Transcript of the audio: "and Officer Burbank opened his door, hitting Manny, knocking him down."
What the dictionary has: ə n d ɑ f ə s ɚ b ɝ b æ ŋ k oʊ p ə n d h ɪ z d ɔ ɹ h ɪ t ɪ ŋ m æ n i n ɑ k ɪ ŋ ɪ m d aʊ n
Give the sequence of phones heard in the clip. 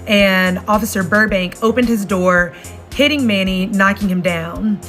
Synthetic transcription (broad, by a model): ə n ɑ f ə s ɚ b ɝ b æ ŋ k oʊ p ə n d h ɪ z d ɔ ɹ h ɪ t ɪ ŋ m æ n i n ɑ k ɪ ŋ ɪ m d aʊ n